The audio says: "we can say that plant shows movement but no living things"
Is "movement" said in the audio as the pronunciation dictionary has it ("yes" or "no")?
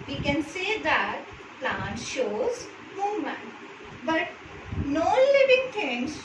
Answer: no